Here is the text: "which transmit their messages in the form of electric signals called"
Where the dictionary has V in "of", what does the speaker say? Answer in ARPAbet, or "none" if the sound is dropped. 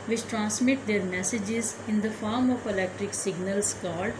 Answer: P